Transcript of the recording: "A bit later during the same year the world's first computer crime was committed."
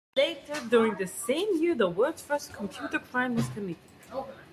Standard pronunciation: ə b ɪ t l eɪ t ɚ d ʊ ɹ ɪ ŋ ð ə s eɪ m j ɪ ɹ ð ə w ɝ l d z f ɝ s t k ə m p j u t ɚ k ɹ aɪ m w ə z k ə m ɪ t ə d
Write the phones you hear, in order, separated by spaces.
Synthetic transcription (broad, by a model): l eɪ t ɚ d ʊ ɹ ɪ ŋ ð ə s eɪ m j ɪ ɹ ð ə w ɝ d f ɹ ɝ s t k ə m p j u t ɚ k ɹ aɪ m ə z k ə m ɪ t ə